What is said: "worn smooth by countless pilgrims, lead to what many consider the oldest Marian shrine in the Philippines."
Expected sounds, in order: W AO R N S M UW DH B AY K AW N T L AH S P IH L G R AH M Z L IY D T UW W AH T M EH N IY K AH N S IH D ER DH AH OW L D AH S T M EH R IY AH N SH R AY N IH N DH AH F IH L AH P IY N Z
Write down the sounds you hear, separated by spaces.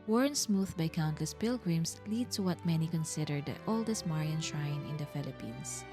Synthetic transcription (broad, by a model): W AO R N S M UW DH B AY K AW N T L AH S P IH L G R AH M S L IY D T UW W AH T M EH N IY K AH N S IH D ER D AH OW L D AH S T M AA R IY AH N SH R AY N IH N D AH F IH L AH P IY N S